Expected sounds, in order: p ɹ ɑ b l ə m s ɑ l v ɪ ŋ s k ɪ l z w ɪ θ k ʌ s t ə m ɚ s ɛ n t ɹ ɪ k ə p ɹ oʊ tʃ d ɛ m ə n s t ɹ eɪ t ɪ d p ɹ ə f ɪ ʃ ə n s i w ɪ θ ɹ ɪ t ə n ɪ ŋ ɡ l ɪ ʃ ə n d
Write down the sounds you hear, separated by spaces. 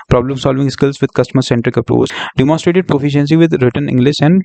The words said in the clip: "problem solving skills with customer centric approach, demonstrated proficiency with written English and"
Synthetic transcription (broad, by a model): p ɹ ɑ b l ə m s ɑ l v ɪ ŋ s k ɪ l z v ɪ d k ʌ s t ə m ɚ s ɛ n t ɹ ɪ k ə p ɹ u s d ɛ m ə n s t ɹ eɪ t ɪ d p ɹ ə f ɪ ʃ ə n s i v ɪ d ɹ ɪ t ə n ɪ ŋ ɡ l ɪ ʃ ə n d